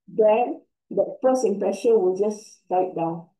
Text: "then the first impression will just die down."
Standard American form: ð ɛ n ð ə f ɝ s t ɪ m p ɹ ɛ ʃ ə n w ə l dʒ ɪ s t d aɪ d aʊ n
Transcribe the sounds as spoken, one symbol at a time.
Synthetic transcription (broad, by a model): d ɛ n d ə p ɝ s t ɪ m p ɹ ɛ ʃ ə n w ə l dʒ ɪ s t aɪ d aʊ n